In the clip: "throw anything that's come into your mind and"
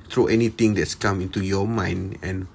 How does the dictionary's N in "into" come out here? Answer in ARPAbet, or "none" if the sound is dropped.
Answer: N